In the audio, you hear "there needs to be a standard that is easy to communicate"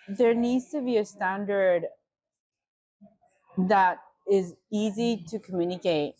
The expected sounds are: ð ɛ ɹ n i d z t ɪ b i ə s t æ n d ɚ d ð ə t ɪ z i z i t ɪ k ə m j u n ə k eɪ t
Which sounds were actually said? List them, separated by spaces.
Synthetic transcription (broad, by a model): ð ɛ ɹ n i d z t ɪ b i ə s t æ n d ɚ d ð ə t ɪ z i z i t ɪ k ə m j u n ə k eɪ t